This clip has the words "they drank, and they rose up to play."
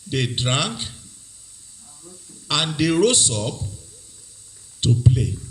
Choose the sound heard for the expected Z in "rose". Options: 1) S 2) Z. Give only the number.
1